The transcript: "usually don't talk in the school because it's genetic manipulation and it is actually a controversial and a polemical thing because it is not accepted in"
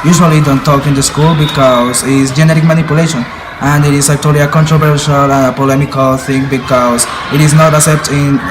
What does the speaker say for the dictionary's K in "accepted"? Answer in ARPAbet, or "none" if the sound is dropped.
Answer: none